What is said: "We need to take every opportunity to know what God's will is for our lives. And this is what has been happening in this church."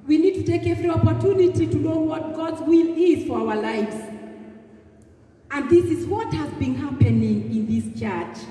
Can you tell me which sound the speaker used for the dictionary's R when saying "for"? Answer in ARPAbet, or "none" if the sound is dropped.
R